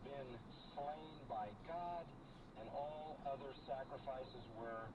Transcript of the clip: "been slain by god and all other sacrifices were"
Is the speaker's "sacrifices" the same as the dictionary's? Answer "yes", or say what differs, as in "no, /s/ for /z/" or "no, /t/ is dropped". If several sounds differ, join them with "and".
yes